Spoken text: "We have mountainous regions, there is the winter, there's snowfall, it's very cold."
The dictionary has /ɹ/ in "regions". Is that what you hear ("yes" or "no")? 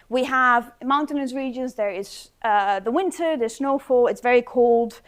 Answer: yes